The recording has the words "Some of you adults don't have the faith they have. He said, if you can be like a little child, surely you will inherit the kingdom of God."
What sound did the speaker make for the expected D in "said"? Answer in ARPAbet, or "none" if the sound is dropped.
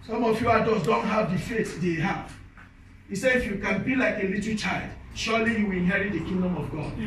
none